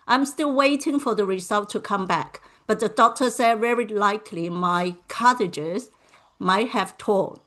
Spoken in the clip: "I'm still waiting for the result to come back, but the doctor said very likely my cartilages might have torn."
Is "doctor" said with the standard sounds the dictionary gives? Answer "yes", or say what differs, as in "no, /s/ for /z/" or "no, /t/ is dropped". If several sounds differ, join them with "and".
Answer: yes